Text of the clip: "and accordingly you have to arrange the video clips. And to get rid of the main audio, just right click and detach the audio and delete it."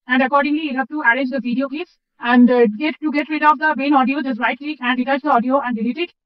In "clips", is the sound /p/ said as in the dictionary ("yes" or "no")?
no